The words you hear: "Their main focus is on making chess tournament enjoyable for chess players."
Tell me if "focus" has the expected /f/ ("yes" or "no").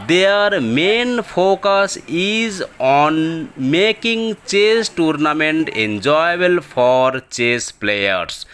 no